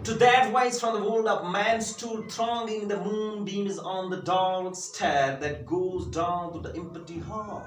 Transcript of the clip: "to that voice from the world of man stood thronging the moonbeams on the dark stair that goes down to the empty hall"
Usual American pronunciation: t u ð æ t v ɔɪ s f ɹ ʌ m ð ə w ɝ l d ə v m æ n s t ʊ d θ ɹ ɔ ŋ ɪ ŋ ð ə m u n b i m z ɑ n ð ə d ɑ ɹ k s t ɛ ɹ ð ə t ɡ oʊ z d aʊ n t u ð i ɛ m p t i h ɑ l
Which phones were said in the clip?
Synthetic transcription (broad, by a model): t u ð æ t w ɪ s f ɹ ʌ m ð ə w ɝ l d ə p m æ n s t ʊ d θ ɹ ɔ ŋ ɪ ŋ ð ə m u n b i m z n ð ə d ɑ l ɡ s t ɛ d ð ə t ɡ oʊ z d aʊ n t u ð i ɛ m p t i h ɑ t